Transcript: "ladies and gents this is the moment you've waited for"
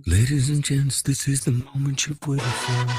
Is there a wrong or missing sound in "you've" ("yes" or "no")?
yes